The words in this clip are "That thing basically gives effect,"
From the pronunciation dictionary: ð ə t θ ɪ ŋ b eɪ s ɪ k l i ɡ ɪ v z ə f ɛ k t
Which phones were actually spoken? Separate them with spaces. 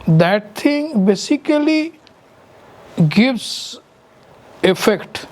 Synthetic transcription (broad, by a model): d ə t t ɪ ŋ b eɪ s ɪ k l i ɡ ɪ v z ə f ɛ k t